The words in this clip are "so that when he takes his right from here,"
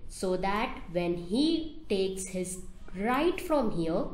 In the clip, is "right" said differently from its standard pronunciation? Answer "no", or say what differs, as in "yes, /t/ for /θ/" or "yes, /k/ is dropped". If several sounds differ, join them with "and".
no